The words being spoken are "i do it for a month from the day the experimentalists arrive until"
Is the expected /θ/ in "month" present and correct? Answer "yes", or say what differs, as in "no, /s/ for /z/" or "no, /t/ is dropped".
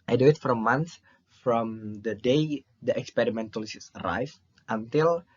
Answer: no, /s/ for /θ/